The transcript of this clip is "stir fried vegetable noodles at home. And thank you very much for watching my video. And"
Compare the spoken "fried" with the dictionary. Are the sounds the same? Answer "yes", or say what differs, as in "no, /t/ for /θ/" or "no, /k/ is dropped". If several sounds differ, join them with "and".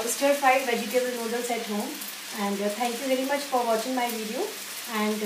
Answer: no, /ɹ/ is dropped